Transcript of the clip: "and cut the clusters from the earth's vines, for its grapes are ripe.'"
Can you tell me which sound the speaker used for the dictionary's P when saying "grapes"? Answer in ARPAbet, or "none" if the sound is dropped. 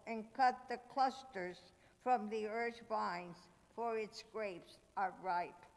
P